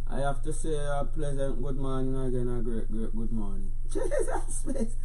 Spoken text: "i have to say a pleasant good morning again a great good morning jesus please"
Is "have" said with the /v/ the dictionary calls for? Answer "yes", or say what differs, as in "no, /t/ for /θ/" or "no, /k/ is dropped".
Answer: no, /f/ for /v/